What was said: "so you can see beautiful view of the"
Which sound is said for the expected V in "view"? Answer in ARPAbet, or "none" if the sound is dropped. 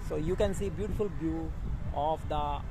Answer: B